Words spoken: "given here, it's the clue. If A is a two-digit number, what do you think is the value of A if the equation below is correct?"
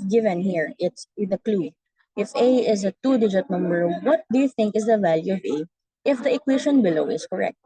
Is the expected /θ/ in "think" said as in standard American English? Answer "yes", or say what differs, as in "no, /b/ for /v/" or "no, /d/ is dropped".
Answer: yes